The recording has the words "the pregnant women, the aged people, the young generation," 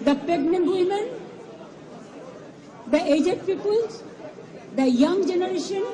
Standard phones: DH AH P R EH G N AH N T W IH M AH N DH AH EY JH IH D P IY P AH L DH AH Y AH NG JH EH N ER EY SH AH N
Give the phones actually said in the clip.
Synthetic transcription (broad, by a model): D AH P EH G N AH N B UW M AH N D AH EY JH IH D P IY P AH L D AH Y AH NG JH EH N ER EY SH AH N